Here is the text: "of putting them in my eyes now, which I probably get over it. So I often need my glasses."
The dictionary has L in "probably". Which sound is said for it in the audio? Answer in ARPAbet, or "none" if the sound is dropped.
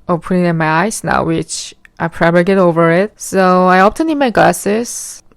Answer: none